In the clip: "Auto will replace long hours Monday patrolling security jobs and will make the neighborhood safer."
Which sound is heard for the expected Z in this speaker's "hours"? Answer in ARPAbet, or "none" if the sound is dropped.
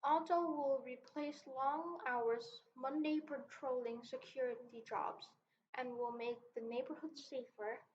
Z